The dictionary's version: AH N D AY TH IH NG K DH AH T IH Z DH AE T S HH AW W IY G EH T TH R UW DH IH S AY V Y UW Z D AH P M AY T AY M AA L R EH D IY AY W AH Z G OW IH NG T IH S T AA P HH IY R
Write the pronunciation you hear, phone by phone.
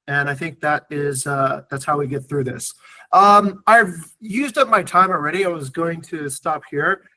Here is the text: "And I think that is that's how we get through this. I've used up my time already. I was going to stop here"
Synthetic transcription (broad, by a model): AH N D AY TH IH NG K DH AH T IH Z DH AE T S HH AW W IY G EH T TH R UW DH IH S AY V Y UW Z D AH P M AY T AY M L R EH D IY AY W AH Z G OW IH NG T IH S T AA P HH IY R